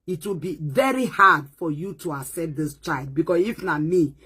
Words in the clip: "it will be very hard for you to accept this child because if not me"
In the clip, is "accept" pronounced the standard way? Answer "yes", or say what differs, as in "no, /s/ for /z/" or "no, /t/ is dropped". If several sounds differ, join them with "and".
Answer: no, /k/ is dropped